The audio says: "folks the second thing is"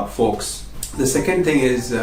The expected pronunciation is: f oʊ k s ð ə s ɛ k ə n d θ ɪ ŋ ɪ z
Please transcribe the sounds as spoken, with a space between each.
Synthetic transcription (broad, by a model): f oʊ k s ð ə s ɛ k ə n d θ ɪ ŋ ɪ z